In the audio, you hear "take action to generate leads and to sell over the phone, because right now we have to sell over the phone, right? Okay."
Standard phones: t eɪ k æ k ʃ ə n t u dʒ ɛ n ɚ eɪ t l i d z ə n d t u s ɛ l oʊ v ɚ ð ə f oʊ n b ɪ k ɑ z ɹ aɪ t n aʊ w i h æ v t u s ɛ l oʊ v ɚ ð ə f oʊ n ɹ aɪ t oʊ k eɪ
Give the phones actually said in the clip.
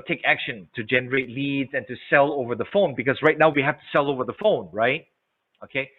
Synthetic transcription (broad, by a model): t eɪ k æ k ʃ ə n t u dʒ ɛ n ɚ eɪ t l i d z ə n t u s ɛ l oʊ v ɚ ð ə f oʊ n b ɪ k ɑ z ɹ aɪ t n aʊ w i h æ f t u s ɛ l oʊ v ɚ ð ə f oʊ n ɹ aɪ t oʊ k eɪ